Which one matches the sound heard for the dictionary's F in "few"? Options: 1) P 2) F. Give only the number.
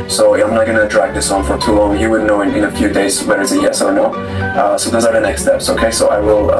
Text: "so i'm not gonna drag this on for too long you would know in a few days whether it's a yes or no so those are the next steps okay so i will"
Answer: 2